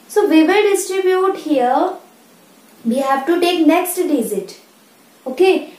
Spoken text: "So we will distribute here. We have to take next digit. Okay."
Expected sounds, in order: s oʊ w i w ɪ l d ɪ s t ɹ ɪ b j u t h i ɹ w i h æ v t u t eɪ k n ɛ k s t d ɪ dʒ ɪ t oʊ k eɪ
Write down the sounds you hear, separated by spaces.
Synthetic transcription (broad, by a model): s oʊ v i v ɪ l d ɪ s t ɹ ɪ b j u t h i ɹ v i h æ v t u t eɪ k n ɛ k s t d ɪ z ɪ t oʊ k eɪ